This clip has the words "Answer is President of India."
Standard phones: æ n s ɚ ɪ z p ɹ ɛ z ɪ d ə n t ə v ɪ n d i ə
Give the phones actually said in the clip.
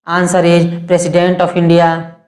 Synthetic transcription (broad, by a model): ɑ n s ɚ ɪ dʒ p ɹ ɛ s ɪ d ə n t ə p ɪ n d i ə